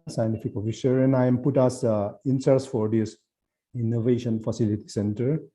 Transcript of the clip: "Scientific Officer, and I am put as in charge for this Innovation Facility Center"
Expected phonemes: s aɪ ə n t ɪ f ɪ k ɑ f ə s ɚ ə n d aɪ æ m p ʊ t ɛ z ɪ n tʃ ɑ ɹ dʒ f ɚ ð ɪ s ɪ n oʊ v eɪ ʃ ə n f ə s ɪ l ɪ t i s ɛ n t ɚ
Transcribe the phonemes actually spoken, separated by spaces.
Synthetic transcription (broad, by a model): s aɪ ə n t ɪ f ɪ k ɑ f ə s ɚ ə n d aɪ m p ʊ t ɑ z ɪ n s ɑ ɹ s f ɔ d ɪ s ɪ n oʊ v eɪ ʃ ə n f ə s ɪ l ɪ t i s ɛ n t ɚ